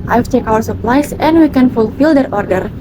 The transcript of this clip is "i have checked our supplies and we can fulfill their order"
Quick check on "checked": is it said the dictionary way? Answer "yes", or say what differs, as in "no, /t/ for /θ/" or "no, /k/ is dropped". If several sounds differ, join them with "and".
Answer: no, /t/ is dropped